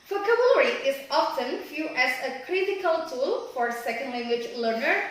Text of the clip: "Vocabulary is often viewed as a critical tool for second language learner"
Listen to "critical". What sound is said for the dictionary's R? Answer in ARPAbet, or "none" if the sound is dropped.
R